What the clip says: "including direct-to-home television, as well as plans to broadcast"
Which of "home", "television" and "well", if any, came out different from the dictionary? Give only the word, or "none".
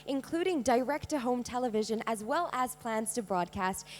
none